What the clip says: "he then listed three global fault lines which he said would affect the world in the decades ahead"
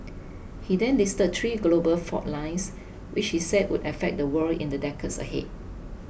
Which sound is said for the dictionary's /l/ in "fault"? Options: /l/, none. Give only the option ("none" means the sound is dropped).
none